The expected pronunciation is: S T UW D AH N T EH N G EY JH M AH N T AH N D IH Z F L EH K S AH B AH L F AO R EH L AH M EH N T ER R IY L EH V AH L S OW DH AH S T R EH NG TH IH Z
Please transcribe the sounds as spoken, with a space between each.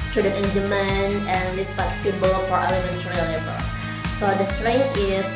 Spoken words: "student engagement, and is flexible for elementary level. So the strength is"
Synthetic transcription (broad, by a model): S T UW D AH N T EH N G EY M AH N AH N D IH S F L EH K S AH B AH L F AO R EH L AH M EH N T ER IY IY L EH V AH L S OW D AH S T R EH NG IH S